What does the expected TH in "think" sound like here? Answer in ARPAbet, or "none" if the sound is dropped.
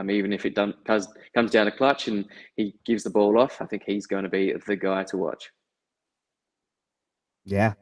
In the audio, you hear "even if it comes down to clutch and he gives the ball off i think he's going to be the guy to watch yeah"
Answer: TH